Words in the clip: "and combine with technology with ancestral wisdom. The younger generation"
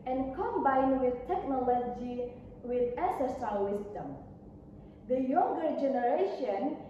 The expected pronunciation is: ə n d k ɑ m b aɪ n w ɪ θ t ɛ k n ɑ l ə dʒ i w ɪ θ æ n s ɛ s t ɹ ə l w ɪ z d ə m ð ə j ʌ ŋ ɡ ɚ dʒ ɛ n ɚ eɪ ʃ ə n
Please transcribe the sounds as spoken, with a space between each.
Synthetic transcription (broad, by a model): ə n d k ɑ m b aɪ n w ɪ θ t ɛ k n ɑ l ə dʒ i w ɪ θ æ s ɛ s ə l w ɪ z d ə m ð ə j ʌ ŋ ɡ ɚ dʒ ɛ n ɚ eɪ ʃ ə n